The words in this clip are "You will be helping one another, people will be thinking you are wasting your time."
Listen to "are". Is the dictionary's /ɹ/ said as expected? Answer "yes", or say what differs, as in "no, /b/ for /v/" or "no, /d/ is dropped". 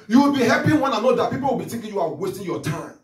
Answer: no, /w/ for /ɹ/